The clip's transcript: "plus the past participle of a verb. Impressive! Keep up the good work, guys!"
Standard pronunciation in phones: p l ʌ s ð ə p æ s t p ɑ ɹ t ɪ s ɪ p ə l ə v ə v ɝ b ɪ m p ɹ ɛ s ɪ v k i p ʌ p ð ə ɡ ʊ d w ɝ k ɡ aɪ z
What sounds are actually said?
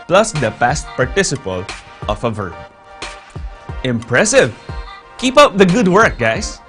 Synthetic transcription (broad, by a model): p l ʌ s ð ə p æ s t p ɑ ɹ t ɪ s ɪ p ə l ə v ə v ɝ b ɪ m p ɹ ɛ s ɪ v k i p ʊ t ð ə ɡ ʊ d w ɝ k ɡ aɪ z